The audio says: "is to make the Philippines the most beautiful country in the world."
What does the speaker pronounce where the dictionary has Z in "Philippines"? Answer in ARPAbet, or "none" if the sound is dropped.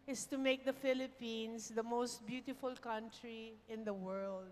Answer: S